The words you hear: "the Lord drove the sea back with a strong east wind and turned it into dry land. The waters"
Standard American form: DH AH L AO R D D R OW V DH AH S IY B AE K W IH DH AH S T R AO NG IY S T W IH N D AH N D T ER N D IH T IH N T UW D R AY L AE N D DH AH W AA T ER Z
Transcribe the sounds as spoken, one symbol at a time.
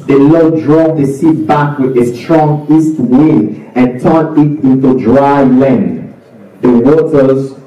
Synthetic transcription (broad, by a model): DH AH L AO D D R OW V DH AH S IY B AE K W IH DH AH S T R AO NG IY S T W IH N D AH N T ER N IH T IH N T UW D R AY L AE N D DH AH W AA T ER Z